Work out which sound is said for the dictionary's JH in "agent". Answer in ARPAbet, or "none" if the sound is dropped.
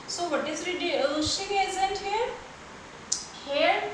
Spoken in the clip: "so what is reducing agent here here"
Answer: Z